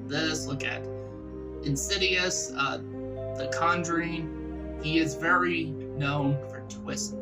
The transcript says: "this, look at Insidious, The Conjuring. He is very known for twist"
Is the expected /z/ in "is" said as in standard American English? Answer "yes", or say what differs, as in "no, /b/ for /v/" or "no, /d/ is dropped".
yes